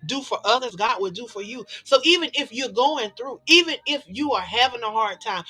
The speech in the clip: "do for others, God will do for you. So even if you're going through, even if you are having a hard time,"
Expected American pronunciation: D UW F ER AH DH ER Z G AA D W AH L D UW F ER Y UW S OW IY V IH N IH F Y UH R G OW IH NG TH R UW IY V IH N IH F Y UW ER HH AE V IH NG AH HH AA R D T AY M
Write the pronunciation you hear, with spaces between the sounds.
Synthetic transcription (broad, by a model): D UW F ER AH DH ER Z G AA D W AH D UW F ER Y UW S OW IY V IH N IH F Y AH R G OW IH NG TH R UW IY V IH N IH F Y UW ER HH AE V IH NG AH HH AA R D T AY M